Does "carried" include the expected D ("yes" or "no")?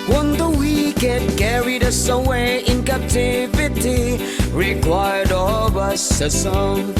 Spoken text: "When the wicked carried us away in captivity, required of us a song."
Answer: yes